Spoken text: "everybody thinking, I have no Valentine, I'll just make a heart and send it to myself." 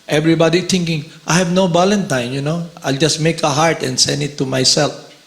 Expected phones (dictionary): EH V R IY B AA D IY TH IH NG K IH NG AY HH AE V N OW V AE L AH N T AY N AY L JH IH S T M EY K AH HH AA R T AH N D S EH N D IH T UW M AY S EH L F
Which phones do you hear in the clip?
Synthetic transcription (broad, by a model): EH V R IY B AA D IY T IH NG K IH NG AY HH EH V N OW B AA L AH N T AY N AY L JH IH S M EY K AH HH AA R T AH N S EH N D IH T UW M AY S EH L F